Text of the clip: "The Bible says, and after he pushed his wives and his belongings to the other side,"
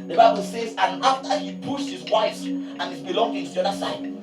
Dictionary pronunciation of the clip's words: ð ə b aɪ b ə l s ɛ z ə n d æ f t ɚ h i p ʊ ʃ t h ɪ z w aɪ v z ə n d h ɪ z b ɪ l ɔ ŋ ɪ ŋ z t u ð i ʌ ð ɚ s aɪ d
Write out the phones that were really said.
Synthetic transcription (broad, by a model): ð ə b aɪ b ə l s ɛ z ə n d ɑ f t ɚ h i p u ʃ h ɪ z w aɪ z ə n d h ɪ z b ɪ l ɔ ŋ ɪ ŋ t u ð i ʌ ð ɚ s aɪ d